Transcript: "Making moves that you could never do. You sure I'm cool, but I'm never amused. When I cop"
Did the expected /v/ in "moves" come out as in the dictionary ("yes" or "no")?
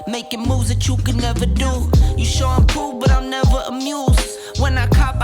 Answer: no